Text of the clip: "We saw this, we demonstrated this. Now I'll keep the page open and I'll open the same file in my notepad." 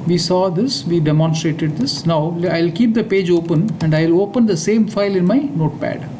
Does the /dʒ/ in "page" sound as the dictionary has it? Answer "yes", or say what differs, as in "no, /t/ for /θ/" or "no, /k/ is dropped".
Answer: yes